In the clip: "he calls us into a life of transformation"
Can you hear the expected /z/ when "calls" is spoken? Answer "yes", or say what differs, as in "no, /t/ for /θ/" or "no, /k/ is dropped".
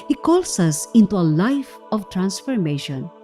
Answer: no, /s/ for /z/